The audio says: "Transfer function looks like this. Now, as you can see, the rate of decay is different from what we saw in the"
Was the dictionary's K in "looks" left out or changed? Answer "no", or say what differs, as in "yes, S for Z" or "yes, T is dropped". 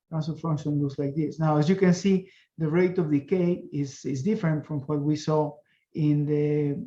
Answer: yes, K is dropped